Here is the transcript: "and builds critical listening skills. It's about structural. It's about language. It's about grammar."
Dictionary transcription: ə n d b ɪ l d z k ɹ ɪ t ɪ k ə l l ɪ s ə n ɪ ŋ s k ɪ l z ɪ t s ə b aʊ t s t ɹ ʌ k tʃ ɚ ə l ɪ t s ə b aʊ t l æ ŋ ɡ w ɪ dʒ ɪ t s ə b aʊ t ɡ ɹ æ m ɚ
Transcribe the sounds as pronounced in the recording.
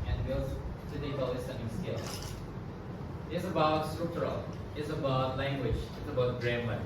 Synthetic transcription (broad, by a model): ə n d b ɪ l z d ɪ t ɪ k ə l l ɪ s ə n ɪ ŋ s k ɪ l ɪ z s ə b aʊ t s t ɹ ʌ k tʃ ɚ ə l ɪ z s ə b aʊ t l æ ŋ ɡ w ɪ dʒ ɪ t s ə b aʊ t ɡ ɹ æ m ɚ